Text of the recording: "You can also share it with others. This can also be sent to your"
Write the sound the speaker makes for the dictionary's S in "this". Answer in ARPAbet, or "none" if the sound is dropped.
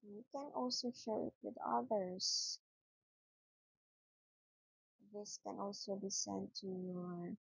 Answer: S